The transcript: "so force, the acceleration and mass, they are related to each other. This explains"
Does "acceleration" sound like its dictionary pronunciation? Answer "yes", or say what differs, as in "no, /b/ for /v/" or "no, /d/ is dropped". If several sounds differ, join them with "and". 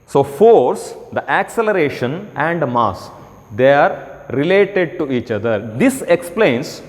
yes